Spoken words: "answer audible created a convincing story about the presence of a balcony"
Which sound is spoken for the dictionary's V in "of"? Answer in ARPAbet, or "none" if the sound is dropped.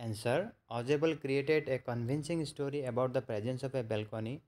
P